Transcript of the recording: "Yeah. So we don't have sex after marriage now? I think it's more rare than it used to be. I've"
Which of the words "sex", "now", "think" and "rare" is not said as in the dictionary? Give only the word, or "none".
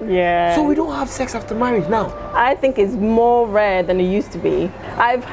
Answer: none